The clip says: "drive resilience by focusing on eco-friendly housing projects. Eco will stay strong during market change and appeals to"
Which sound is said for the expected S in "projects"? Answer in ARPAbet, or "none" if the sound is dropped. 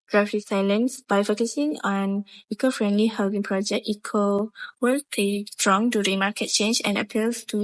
none